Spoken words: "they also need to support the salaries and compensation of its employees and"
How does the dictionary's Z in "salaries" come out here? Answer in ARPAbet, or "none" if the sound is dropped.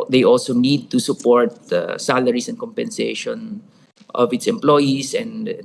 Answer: S